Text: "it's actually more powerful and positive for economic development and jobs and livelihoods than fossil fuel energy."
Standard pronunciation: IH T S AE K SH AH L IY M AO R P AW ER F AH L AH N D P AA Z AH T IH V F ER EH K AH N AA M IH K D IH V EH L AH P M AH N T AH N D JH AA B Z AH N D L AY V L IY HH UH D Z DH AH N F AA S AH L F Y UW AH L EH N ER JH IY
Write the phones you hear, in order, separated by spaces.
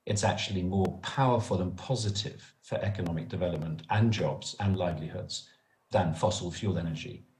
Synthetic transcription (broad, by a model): IH T S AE K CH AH L IY M AO P AW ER F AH L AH N P AA Z AH T IH V F ER EH K AH N AA M IH K D IH V EH L AH P M AH N T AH N JH AA B Z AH N L AY V L IY HH UH D Z DH AH N F AA S AH L F Y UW L EH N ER JH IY